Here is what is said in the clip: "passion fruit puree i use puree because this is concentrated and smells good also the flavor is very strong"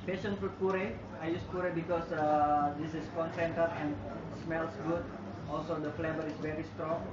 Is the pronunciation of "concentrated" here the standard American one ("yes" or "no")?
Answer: no